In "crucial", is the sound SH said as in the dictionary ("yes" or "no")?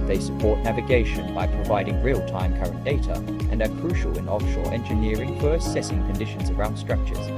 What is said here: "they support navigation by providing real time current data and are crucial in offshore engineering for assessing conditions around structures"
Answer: yes